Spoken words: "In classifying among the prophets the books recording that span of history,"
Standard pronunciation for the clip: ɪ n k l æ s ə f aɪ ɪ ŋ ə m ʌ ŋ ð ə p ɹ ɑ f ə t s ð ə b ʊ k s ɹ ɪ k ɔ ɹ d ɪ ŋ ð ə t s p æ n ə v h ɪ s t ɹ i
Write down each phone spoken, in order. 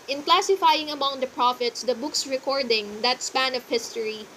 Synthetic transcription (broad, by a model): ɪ n k l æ s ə f aɪ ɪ ŋ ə m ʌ ŋ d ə p ɹ ɑ f ə t s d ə b ʊ k s ɹ ɪ k ɔ ɹ d ɪ ŋ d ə t s p æ n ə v h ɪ s t ɹ i